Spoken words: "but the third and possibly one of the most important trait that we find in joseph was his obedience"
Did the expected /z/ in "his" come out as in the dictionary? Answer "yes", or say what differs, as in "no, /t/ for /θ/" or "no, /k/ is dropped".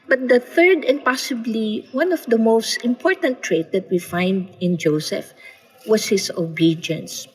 no, /s/ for /z/